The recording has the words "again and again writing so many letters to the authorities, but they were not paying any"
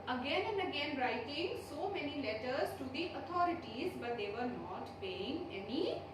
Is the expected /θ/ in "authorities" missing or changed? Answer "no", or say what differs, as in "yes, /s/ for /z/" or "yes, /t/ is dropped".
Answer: yes, /t/ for /θ/